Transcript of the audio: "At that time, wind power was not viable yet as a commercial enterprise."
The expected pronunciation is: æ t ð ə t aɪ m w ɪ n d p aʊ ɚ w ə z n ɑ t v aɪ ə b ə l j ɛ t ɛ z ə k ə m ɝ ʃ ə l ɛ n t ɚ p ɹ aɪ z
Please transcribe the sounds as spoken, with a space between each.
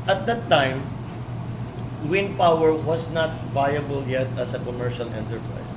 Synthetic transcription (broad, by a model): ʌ t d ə t aɪ m w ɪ n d p aʊ ɚ w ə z n ɑ t v aɪ ə b ə l j ɛ t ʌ s ə k ə m ɝ ʃ ə l ɛ n t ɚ p ɹ aɪ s